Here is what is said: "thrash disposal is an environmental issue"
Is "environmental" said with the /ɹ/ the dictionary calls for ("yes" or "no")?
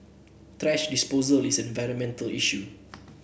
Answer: yes